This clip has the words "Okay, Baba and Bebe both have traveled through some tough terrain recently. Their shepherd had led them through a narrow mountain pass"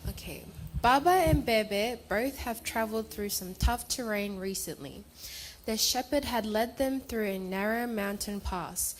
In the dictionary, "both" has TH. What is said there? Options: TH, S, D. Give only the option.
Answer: TH